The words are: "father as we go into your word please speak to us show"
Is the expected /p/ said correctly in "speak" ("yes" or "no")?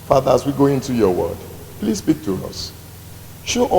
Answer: no